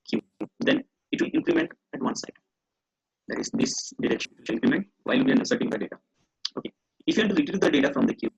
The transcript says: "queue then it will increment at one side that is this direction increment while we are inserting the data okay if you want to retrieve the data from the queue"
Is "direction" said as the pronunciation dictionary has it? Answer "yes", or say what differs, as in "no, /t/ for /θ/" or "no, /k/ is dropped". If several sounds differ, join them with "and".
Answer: no, /n/ is dropped